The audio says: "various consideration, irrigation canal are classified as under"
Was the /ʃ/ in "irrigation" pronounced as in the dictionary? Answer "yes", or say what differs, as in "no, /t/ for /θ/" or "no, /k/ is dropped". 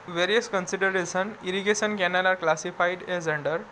no, /s/ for /ʃ/